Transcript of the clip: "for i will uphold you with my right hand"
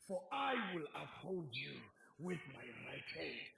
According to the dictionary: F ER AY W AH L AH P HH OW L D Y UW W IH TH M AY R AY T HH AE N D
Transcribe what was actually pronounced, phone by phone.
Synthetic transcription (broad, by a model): F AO AY W AH L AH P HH OW L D Y UW W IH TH M AY R AY T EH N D